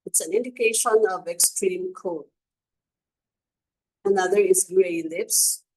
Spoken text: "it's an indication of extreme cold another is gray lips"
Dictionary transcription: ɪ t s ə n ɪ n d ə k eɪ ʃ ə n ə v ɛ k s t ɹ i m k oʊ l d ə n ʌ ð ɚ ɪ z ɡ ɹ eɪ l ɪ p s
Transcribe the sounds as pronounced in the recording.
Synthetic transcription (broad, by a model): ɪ t s ə n ɪ n d ə k eɪ ʃ ə n ə v ɛ k s t ɹ i m k oʊ d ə n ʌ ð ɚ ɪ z ɡ ɹ eɪ l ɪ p s